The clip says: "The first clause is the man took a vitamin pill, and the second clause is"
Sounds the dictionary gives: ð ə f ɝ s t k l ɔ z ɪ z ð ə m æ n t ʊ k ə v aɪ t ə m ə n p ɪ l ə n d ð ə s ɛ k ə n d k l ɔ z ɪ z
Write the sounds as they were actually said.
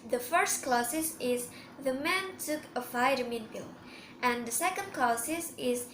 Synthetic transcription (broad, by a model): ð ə f ɝ s t k l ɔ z ɪ z ð ə m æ n t ʊ k ə f aɪ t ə m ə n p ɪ l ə n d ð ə s ɛ k ə n d k l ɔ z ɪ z